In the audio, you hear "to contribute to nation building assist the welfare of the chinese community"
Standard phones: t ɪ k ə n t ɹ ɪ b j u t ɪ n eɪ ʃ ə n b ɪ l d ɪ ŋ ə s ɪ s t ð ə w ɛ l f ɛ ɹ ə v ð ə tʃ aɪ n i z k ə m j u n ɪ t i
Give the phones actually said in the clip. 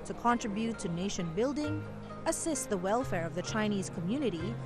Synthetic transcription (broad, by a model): t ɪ k ə n t ɹ ɪ b j u t ɪ n eɪ ʃ ə n b ɪ l d ɪ ŋ ə s ɪ s t ð ə w ɛ l f ɛ ɹ ə v ð ə tʃ aɪ n i z k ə m j u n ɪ t i